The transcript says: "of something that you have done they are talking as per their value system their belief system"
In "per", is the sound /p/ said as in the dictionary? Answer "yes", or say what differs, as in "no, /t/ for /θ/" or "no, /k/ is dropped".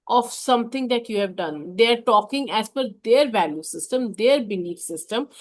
no, /f/ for /p/